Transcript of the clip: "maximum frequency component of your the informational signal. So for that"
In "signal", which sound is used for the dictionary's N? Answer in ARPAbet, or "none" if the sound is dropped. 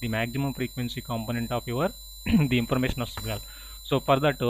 none